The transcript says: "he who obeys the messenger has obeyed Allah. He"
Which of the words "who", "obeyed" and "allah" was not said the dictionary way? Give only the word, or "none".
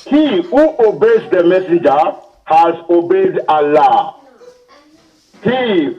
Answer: none